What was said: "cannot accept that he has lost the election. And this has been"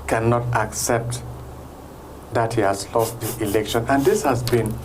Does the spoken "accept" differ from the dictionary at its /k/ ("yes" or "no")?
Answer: no